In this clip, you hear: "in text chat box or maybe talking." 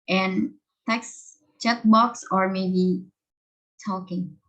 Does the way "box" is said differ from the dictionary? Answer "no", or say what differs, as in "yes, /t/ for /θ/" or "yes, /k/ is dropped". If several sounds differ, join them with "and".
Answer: no